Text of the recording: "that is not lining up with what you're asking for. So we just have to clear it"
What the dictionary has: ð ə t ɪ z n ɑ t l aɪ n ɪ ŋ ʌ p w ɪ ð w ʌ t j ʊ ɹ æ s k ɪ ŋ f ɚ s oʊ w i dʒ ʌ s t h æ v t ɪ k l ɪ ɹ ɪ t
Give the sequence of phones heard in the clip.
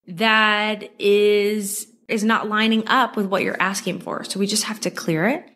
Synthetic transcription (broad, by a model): ð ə t ɪ z n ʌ t l aɪ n ɪ ŋ ʌ p w ɪ ð w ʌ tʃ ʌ ɹ æ s k ɪ ŋ f ɚ s oʊ w i dʒ ʌ s t h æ f t ɪ k l ɪ ɹ ɪ t